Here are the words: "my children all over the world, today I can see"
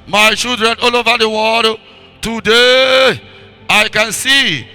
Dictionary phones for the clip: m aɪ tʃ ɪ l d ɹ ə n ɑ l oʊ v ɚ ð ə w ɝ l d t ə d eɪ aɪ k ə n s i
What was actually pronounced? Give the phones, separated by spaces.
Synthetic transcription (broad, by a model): m aɪ ʃ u d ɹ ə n ɑ l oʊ v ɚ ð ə w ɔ d t ə d eɪ aɪ k ə n s i